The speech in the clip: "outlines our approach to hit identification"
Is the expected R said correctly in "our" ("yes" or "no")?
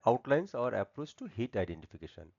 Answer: yes